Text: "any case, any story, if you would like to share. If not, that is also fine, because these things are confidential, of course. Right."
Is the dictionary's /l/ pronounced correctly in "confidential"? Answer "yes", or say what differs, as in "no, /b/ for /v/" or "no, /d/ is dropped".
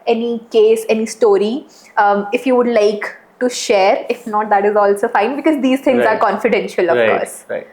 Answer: yes